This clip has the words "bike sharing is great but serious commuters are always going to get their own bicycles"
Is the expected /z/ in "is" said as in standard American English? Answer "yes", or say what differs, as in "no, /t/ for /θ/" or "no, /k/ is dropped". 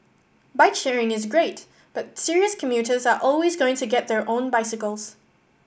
yes